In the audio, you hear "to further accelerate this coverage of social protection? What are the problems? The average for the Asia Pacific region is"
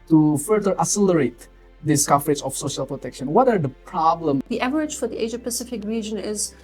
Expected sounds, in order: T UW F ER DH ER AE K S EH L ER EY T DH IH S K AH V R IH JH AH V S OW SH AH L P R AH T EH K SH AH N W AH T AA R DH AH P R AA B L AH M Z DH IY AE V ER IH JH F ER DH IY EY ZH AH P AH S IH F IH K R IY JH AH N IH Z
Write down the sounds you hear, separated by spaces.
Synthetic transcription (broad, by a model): T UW F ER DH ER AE S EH L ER EY T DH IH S K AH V R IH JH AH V S OW SH AH L P R AH T EH K SH AH N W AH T AA R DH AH P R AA B L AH M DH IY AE V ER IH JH F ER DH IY EY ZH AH P AH S IH F IH K R IY JH AH N IH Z